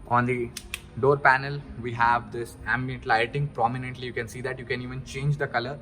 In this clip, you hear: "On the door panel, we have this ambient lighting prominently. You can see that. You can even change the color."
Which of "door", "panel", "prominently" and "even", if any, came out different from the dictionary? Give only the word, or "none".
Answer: none